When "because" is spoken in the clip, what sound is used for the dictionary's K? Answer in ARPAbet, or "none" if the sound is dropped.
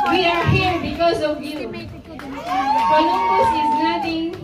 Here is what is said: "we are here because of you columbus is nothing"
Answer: K